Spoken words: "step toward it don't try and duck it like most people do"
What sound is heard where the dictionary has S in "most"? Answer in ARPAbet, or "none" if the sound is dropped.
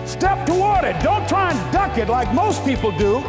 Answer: S